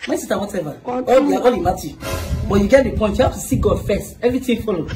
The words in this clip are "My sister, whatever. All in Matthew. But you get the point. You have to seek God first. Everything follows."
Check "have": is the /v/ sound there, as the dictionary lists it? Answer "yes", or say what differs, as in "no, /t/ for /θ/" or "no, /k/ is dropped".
no, /f/ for /v/